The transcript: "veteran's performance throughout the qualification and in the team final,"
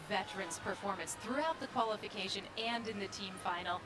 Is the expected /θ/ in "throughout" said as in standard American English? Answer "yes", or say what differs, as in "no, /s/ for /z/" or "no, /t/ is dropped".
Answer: yes